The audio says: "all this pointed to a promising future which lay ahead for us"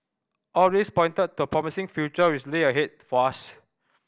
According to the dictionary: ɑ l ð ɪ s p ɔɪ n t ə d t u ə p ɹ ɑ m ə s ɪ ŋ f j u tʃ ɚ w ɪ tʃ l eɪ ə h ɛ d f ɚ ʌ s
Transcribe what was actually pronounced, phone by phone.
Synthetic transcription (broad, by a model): ɑ l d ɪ s p ɔɪ n t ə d t u ə p ɹ ɑ m ə s ɪ ŋ f j u tʃ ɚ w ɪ s l eɪ ə h ɛ d f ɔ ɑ s